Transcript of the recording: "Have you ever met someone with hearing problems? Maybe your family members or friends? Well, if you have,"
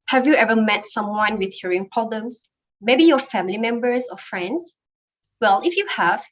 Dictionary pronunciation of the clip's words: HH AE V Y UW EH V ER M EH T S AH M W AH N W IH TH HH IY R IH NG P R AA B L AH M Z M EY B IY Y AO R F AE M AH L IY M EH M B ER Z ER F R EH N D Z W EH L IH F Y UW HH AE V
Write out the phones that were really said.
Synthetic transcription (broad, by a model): HH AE V Y UW EH V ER M EH T S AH M W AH N W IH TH HH IY R IH NG P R AA B L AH M S M EY B IY Y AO F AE M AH L IY M EH M B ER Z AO F R EH N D S W EH L IH F Y UW HH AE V